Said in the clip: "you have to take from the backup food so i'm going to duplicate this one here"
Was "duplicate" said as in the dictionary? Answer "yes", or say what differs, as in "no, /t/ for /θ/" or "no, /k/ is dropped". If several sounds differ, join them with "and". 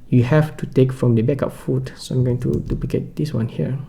no, /l/ is dropped